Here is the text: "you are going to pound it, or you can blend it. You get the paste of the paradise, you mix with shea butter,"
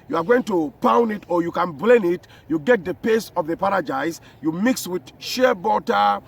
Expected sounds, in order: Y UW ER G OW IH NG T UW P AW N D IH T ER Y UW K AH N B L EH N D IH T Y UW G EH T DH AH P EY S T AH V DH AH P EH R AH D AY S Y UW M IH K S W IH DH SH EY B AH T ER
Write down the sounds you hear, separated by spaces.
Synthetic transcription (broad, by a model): Y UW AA G OW IH NG T UW P AW N D IH T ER Y UW K AH N B L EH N IH T Y UW G EH T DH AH P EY S AH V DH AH P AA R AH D AY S Y UW M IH K S W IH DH SH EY B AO T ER